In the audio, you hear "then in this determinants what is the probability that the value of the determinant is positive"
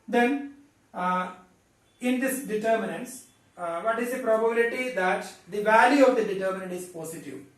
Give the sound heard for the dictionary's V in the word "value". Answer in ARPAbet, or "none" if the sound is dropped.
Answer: V